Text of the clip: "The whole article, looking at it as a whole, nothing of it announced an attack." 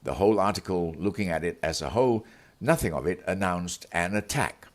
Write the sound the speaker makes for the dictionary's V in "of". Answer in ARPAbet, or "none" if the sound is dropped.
V